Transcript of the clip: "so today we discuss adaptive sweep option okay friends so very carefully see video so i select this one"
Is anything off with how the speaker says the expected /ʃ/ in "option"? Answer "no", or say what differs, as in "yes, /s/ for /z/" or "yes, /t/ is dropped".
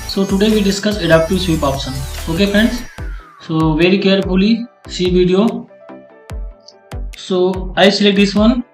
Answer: yes, /s/ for /ʃ/